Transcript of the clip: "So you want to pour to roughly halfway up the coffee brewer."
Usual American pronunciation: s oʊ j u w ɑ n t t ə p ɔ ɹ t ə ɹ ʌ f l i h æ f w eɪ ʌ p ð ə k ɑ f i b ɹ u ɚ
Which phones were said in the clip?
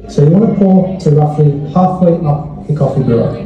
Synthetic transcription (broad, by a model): s oʊ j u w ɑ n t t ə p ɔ l t ə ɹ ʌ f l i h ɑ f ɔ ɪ ʌ p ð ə k ɑ f i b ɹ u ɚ